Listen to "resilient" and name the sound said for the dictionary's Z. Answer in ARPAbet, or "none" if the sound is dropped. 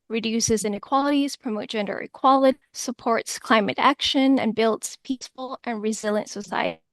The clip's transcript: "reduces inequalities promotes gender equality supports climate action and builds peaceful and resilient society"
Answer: Z